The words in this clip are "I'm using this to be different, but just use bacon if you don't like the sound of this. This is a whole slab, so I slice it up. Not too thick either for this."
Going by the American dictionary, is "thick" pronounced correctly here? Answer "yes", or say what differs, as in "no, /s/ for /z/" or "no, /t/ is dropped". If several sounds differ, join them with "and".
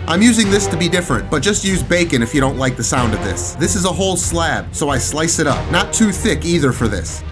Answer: yes